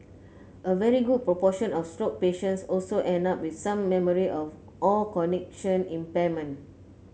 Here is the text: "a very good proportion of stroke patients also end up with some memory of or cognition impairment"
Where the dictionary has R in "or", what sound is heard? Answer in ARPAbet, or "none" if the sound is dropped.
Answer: L